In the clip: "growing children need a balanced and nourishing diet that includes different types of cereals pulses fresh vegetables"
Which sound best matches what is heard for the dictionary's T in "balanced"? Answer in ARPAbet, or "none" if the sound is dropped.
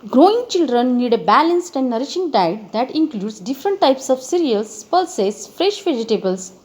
T